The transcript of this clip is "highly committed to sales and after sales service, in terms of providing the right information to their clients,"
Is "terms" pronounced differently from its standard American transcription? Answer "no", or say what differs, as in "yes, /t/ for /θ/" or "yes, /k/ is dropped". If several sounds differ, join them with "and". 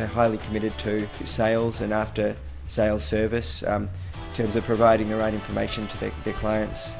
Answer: no